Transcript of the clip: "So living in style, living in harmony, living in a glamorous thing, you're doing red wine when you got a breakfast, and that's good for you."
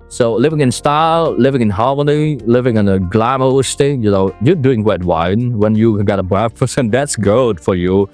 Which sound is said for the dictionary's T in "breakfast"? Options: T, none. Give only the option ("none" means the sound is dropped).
none